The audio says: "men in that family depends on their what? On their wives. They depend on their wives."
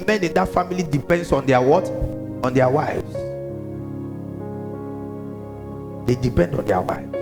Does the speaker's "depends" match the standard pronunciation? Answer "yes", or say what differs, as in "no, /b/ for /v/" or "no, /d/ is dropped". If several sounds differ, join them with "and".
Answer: no, /s/ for /z/